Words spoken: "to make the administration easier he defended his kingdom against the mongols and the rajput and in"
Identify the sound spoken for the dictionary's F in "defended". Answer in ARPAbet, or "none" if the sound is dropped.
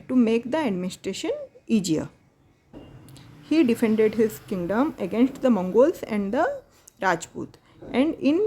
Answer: F